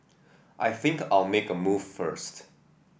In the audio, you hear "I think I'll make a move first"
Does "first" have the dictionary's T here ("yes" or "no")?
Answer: yes